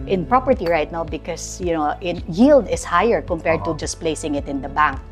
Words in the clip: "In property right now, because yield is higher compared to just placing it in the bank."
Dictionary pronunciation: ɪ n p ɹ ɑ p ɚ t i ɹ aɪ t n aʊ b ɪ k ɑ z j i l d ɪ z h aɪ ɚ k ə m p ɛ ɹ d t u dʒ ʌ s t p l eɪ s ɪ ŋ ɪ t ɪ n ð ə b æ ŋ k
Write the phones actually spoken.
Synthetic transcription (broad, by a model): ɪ n p ɹ ɑ p ɚ t i ɹ aɪ t n aʊ b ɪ k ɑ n j i l d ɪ s h aɪ ɚ k ə m p ɛ ɹ d t u dʒ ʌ s p l eɪ s ɪ ŋ ɪ t ɪ n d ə b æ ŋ k